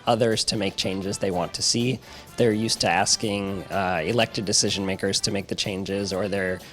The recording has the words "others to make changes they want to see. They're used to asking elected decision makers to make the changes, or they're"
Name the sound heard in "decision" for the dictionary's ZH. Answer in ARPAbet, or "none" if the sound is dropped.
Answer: ZH